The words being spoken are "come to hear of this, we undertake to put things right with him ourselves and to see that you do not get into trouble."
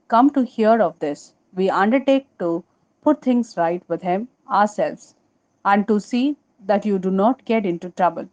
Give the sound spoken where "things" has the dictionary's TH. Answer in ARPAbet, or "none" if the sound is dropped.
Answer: T